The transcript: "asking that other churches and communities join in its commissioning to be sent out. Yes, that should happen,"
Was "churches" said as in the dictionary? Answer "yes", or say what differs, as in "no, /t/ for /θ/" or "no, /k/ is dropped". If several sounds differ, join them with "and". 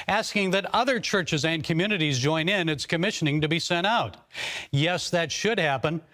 yes